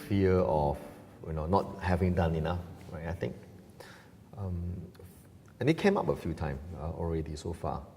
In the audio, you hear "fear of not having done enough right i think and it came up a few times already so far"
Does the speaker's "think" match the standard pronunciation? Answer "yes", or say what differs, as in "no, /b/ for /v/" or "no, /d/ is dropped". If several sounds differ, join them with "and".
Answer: no, /t/ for /θ/